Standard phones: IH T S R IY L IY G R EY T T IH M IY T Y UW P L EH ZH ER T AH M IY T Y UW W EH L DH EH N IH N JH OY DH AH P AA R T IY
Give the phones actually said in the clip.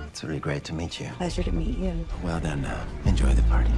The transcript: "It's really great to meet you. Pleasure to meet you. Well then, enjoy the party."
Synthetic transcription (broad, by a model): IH T S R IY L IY G R EY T T IH M IY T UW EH SH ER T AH M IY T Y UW W EH L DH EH N IH N JH OY DH AH P AA R T IY